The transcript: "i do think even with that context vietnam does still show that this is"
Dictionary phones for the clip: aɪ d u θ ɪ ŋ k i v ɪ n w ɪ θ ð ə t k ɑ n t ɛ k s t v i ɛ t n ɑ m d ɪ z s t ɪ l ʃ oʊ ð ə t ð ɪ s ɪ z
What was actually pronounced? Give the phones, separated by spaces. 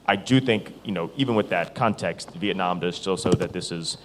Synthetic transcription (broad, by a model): aɪ d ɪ θ ɪ ŋ k i v ɪ n w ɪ ð ə t k ɑ n t ɛ k s t v i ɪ t n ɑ m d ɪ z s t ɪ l s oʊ ð ə t ð ɪ s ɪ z